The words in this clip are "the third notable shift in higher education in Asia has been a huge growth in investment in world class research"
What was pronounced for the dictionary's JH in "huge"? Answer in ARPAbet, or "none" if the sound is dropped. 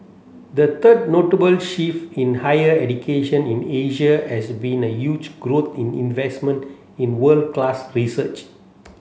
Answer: JH